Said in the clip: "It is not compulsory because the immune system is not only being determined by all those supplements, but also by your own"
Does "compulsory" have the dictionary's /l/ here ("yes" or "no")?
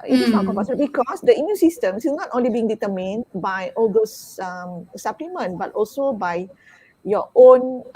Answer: no